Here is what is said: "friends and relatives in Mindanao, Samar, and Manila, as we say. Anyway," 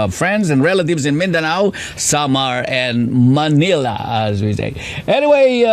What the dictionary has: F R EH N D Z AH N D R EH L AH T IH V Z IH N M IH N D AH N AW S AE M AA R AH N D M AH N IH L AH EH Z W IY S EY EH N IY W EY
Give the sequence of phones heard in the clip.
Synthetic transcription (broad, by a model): F R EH N D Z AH N R EH L AH T IH V Z IH N M IH N D AH N AW S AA M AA R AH N M AH N IH L AH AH Z W IY S EY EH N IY W EY